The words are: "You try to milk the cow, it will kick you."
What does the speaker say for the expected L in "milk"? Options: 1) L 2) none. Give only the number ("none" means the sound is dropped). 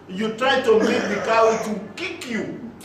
2